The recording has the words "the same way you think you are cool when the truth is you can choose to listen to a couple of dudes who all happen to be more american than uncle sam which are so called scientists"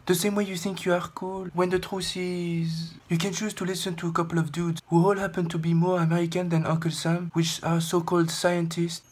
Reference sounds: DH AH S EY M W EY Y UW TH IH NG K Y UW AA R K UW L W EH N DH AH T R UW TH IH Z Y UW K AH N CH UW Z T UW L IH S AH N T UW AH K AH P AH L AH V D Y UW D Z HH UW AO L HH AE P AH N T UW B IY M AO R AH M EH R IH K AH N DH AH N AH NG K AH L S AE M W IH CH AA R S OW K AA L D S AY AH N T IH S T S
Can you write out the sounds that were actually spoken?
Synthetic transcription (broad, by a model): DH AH S EY M W EY Y UW TH IH NG K Y UW AA R K UW L W EH N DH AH T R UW S IH Z Y UW K AH N CH UW Z T UW L IH S AH N T UW AH K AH P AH L AH V D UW D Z HH UW AO L HH AE P AH N T UW B IY M AO R AH M EH R IH K AH N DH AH N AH K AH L S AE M W IH CH AA R S OW K AA L D S AY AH N T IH S T